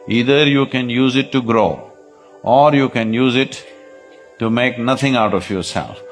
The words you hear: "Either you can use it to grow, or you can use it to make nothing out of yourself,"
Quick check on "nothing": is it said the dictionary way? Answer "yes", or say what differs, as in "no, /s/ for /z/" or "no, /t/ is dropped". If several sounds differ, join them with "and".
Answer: no, /t/ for /θ/